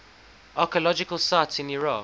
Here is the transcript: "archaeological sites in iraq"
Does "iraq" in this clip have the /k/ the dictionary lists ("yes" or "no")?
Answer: no